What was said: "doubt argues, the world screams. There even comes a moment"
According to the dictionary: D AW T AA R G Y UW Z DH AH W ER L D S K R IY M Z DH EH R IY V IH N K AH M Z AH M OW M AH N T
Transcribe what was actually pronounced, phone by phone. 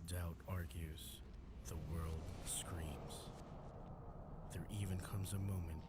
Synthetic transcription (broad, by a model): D AW T AA R G Y UW Z DH AH W ER L D S K R IY M Z DH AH R IY V IH N K AH M Z AH M OW M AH N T